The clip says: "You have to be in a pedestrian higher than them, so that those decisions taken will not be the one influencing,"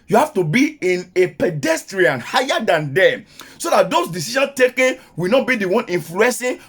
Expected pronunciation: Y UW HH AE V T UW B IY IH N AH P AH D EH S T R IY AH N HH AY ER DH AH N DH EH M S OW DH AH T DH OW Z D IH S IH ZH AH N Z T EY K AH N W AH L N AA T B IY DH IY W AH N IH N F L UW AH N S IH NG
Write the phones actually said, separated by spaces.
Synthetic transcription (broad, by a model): Y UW HH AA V T UW B IY IH N AH P AH D EH S T R IY AH N HH AY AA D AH N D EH S OW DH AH T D OW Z D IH S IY SH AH N S T EY K AH N W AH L N AA T B IY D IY W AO N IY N F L UW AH N S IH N